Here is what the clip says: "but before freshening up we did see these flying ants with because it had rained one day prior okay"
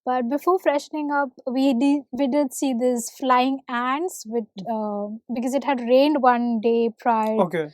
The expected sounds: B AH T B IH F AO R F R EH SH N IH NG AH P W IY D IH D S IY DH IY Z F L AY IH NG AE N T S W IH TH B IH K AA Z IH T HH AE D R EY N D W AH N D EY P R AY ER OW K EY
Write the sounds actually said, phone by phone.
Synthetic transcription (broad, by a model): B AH T B IH F AO R F R EH SH N IH NG AH P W IY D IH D S IY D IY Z F L AY IH NG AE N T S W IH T B IH K AA Z IH T HH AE D R EY N D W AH N D EY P R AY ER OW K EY